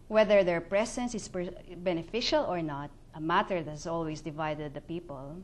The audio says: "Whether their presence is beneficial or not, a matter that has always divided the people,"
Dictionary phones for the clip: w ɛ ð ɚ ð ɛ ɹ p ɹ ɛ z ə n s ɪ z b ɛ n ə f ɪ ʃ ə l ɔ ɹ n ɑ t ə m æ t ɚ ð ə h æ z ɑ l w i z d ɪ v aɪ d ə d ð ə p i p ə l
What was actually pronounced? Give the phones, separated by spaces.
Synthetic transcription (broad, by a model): w ɛ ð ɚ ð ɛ ɹ p ɹ ɛ s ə n s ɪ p b ɛ n ə f ɪ ʃ ə l ɔ ɹ n ɑ t ə m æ t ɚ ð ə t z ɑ l w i s d ɪ v aɪ d ə d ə p i p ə l